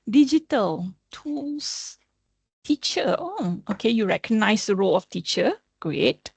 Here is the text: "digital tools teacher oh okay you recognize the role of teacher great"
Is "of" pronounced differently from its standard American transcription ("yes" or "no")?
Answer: yes